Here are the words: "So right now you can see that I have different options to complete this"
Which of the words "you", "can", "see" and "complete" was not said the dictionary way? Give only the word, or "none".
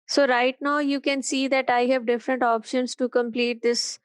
none